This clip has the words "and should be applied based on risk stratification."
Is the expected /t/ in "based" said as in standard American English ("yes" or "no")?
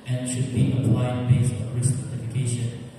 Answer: no